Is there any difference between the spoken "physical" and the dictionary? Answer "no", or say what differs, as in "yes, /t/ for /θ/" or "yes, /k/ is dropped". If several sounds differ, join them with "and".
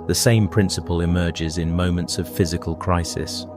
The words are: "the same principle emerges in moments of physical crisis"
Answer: no